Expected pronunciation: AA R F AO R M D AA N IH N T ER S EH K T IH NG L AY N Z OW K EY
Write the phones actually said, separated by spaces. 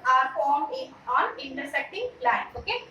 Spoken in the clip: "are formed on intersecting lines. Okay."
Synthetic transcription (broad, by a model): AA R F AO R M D AA N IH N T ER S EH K T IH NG L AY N OW K EY